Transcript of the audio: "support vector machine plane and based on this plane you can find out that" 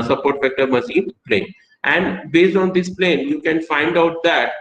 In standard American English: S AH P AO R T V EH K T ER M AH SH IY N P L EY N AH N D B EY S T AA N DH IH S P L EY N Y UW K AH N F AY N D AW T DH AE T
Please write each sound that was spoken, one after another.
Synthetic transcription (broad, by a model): S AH P AO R T F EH K T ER M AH S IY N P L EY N AH N D B EY S T AA N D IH S P L EY N Y UW K AH N F AY N D AW T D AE T